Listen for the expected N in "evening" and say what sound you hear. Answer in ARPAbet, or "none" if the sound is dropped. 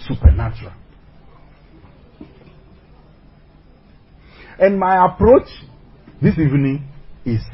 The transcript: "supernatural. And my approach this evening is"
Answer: N